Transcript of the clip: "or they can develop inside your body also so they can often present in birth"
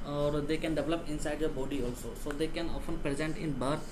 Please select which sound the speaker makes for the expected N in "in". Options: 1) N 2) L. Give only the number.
1